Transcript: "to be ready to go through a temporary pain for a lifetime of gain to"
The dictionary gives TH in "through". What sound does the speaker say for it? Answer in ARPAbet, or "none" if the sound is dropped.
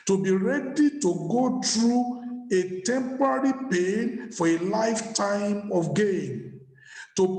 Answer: T